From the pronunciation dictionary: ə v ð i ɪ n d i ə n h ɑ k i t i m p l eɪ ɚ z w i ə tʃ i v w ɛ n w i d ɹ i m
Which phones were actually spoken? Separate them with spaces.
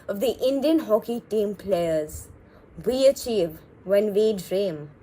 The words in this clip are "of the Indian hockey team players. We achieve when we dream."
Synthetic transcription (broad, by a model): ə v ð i ɪ n d i ə n h ɑ k i t i m p l eɪ ɚ z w i ə tʃ i v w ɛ n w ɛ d ɹ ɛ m